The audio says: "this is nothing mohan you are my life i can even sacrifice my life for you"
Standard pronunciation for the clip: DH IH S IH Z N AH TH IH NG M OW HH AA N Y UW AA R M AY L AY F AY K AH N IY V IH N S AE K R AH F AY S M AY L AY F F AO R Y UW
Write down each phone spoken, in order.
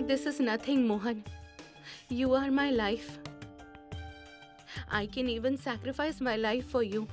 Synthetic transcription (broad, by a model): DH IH S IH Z N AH T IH NG M OW HH AA N Y UW AA R M AY L AY F AY K AH N IY V IH N S AE K R AH F AY S M AY L AY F F AO R Y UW